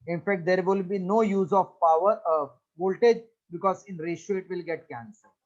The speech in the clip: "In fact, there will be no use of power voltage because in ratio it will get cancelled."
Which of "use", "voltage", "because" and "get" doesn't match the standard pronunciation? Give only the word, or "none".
none